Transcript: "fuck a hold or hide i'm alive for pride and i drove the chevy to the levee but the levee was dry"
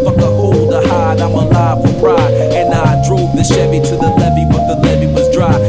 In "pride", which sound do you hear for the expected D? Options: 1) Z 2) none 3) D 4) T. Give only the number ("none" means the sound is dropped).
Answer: 2